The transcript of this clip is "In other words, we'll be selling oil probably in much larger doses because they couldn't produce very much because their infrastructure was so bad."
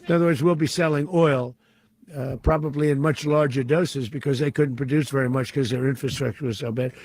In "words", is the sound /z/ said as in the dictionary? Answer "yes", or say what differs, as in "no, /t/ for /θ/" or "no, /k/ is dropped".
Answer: yes